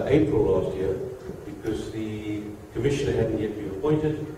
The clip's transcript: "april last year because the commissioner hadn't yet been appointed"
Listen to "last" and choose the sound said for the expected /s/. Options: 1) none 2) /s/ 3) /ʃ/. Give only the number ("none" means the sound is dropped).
2